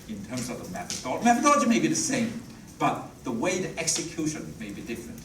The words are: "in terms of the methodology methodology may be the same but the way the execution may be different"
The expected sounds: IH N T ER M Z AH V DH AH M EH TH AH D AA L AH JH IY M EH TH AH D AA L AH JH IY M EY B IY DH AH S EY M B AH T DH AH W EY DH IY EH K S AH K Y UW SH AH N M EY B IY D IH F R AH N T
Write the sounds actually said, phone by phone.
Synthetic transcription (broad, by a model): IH N T ER M Z AH V DH AH M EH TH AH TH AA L M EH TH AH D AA L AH JH IY M EY B IY DH AH S EY M B AH T DH AH W EY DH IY EH K S AH K Y UW SH AH N M EY B IY D IH F R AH N T